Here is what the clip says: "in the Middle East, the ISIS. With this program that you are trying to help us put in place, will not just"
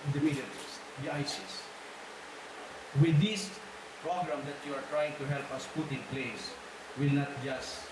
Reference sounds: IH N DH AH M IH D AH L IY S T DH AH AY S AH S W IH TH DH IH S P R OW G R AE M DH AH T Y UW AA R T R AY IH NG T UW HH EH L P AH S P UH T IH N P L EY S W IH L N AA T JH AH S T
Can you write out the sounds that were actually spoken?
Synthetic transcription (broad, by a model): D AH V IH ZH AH N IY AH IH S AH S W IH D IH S P R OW G R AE M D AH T Y UW AA R T R AY IH NG T UW HH EH L P AH S P UH T IH N P L EY S W IH L N AA T JH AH S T